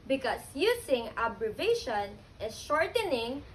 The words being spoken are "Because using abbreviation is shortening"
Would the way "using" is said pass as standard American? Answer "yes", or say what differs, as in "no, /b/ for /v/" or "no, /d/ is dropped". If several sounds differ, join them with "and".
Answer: no, /s/ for /z/